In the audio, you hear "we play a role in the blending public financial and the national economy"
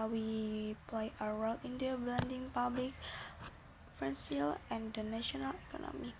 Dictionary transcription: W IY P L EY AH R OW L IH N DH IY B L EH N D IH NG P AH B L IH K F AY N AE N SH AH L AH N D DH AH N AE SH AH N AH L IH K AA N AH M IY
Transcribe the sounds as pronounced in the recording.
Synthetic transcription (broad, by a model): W IY P L EY AH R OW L IH N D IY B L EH N D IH NG P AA B L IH K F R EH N S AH L AH N D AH N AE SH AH N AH L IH K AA N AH M IY